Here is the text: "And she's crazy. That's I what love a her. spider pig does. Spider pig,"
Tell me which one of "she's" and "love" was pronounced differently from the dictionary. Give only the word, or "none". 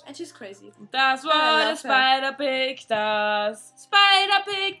love